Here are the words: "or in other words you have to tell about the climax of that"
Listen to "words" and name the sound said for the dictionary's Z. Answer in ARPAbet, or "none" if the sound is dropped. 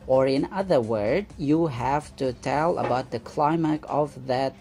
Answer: none